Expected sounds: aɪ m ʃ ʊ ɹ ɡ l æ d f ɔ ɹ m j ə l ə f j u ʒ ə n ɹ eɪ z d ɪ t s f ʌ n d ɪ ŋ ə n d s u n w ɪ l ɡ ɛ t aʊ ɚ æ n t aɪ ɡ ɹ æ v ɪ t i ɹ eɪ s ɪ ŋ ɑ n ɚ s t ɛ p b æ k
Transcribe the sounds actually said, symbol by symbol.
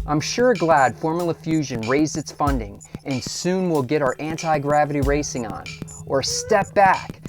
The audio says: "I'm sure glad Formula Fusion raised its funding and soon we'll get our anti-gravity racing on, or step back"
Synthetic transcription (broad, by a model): aɪ m ʃ ʊ ɹ ɡ l æ d f ɔ ɹ m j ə l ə f j u ʒ ə n ɹ eɪ z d ɪ t s f ʌ n d ɪ ŋ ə n s u n w ɪ l ɡ ɛ t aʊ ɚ æ n t aɪ ɡ ɹ æ v ɪ t i ɹ eɪ s ɪ ŋ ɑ n ɚ s t ɛ p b æ k